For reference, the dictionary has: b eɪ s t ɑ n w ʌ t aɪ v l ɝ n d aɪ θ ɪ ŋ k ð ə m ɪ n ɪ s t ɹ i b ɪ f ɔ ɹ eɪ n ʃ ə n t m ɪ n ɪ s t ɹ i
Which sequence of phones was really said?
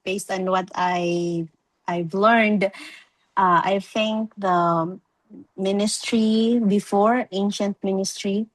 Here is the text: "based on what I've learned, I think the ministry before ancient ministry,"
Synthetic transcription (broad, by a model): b eɪ s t ɑ n w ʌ t aɪ v l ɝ n d aɪ θ ɪ ŋ k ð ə m ɪ n ɪ s t ɹ i b ɪ f ɔ ɹ eɪ n ʃ ə n t m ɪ n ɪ s t ɹ i